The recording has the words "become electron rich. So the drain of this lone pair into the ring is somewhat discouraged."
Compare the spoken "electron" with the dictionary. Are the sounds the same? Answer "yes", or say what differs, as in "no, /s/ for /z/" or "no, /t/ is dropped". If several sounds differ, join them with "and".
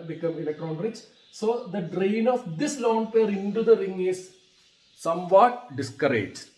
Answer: no, /n/ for /l/